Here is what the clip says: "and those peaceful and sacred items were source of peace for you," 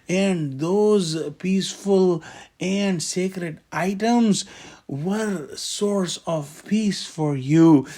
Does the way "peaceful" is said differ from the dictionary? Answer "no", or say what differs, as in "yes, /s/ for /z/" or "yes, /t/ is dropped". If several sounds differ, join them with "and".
no